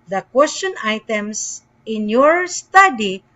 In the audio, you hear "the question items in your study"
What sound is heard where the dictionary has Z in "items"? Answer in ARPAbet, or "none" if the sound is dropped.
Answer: S